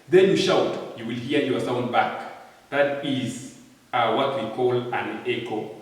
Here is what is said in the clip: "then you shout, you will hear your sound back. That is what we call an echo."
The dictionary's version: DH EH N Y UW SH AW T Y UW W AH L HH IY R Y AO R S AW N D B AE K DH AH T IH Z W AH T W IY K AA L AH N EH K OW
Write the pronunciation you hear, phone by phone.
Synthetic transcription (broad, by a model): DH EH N Y UW SH AW T Y UW W AH L HH IY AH Y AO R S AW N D B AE K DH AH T IH Z W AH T W IY K AA L AH N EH K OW